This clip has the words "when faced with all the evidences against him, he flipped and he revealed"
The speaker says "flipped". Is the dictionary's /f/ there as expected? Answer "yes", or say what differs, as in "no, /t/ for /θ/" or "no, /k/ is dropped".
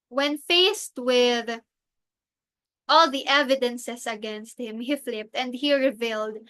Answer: yes